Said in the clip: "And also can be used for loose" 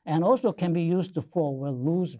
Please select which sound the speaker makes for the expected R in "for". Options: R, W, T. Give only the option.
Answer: W